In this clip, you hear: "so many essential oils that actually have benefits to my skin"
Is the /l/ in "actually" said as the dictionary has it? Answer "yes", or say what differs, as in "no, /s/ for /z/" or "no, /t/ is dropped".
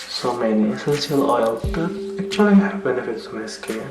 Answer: no, /l/ is dropped